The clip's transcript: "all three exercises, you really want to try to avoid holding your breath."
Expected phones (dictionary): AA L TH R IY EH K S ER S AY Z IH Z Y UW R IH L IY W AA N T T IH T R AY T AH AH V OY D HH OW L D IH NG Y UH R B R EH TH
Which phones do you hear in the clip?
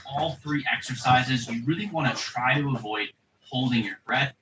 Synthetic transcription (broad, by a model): AA L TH R IY EH K S ER S AY Z IH Z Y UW R IH L IY W AA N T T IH T R AY T AH AH V OY D HH OW L D IH NG Y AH R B R EH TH